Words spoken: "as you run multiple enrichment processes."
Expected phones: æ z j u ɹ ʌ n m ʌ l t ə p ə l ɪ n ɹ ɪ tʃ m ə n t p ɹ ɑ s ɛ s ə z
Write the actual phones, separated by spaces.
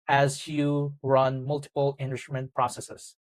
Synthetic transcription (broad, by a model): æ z j u ɹ ʌ n m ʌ l t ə p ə l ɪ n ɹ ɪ m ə n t p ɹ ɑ s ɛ s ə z